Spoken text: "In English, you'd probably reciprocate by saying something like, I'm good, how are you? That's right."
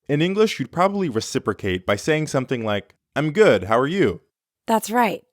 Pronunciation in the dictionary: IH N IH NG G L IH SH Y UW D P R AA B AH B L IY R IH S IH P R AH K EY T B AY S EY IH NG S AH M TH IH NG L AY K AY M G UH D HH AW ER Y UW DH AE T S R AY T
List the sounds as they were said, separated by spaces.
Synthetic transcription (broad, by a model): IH N IH NG G L IH SH Y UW D P R AA B AH B L IY R IH S IH P R AH K EY T B AY S EY IH NG S AH M TH IH NG L AY K AY M G UH D HH AW ER Y UW DH AE T S R AY T